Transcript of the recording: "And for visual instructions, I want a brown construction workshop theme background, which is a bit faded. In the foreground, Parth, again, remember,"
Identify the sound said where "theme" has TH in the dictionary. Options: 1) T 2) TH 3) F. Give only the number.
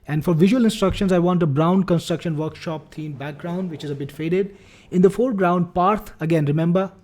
1